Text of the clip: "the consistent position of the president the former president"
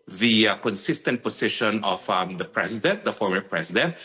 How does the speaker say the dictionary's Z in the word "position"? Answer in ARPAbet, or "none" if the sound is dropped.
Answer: S